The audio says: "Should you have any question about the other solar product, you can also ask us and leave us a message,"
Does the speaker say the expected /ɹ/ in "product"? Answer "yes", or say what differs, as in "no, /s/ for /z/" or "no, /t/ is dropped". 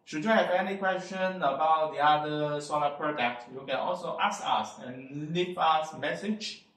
yes